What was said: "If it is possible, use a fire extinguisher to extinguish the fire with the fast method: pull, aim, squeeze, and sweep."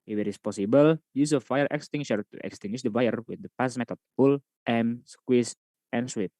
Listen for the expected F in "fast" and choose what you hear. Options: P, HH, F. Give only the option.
P